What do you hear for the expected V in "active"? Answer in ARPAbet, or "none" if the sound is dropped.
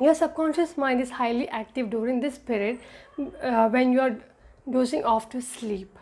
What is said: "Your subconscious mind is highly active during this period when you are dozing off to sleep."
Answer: V